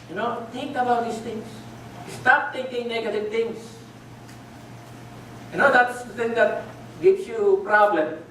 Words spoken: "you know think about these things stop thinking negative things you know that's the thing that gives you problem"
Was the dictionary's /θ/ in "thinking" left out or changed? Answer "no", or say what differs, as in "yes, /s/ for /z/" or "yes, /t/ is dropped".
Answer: yes, /t/ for /θ/